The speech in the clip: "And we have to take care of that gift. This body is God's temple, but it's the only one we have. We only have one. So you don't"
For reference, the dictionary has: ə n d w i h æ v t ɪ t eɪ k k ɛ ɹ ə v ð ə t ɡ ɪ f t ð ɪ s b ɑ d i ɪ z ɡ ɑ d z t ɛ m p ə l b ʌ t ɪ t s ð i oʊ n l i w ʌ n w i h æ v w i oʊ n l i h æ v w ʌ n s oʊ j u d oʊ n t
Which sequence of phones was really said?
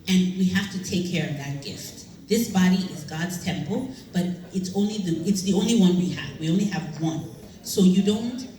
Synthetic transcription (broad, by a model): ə n w i h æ f t ɪ t eɪ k k ɛ ɹ ə v ð ə t ɡ ɪ f t ð ɪ s b ɑ d i ɪ z ɡ ɑ d z t ɛ m p l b ʌ t ɪ t s ð i oʊ n l i w ʌ n w i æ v w i oʊ n l i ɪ v w ʌ n s oʊ j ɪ d oʊ n t